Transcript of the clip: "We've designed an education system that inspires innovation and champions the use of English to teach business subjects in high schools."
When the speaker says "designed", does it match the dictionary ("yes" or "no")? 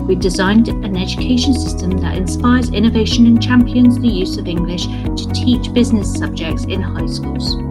yes